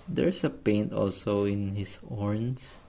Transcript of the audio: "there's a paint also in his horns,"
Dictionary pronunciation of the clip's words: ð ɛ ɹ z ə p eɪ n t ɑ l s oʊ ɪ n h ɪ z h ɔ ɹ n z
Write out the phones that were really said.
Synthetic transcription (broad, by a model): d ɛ ɹ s ə p eɪ n t ɑ l s oʊ ɪ n h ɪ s ɔ ɹ n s